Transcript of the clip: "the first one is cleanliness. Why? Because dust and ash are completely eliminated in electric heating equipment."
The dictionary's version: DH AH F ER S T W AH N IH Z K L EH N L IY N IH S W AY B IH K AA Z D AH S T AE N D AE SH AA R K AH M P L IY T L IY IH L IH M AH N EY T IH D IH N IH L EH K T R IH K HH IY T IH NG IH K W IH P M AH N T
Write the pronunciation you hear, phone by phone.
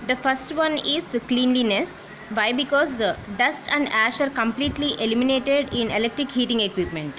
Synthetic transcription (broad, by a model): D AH F ER S T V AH N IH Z K L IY N L IY N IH S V AY B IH K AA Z D AH S T AE N D AE SH AA R K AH M P L IY T L IY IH L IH M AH N EY T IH D IH N IH L EH K T R IH K HH IY T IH NG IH K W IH P M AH N T